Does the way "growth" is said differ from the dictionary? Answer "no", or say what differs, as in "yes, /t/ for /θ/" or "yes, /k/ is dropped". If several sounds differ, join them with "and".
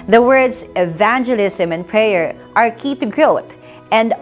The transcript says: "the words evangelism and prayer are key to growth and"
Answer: yes, /t/ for /θ/